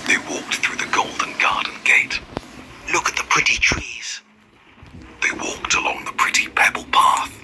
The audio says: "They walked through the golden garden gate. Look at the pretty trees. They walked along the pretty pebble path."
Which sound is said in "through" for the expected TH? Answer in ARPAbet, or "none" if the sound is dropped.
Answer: TH